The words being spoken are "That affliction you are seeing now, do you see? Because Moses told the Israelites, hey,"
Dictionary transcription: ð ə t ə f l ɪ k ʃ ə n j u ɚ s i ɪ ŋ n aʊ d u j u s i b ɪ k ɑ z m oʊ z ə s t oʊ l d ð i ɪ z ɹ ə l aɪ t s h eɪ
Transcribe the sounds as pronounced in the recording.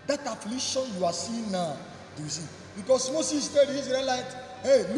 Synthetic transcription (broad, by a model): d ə t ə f l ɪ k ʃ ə n j u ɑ s i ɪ n aʊ d u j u s i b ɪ k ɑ s m oʊ s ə s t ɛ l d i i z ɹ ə l aɪ t h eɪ